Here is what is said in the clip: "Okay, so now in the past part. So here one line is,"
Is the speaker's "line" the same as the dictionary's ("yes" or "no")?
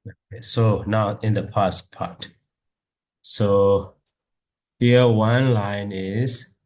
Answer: yes